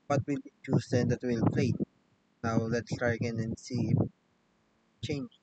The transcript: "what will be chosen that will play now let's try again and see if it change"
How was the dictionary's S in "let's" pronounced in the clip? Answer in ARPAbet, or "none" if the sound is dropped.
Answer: S